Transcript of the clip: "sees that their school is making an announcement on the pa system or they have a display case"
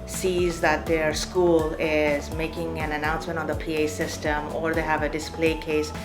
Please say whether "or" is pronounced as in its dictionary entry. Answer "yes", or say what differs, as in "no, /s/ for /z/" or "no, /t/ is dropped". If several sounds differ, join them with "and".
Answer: yes